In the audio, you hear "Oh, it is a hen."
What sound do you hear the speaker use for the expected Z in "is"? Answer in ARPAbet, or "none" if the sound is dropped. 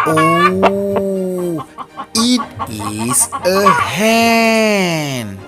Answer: S